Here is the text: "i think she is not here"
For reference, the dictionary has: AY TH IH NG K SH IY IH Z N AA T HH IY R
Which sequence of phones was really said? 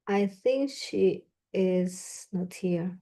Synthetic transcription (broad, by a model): AY TH IH NG K SH IY IH Z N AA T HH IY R